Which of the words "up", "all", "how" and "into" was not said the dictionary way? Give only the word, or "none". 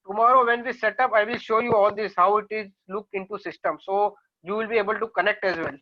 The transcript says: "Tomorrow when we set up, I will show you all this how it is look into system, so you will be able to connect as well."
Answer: none